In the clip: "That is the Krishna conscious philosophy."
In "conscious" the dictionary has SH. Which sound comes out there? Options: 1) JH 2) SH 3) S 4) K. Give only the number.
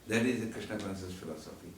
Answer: 3